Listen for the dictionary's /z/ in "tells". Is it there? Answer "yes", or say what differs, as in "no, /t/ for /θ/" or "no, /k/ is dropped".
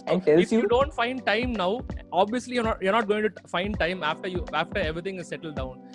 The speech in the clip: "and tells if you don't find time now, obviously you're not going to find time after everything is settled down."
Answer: no, /z/ is dropped